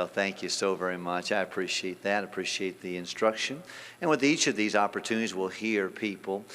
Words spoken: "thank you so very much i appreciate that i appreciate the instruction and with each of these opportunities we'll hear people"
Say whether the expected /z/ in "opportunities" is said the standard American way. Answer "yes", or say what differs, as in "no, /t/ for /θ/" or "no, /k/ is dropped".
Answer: yes